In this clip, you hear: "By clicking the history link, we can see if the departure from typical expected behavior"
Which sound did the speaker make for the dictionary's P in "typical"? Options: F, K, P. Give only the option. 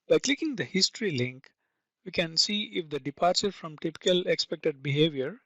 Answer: P